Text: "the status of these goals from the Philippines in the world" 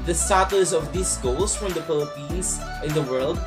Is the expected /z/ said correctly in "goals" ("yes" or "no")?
no